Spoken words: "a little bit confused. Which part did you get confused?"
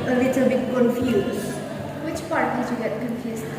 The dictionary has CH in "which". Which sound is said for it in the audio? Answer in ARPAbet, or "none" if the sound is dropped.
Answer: CH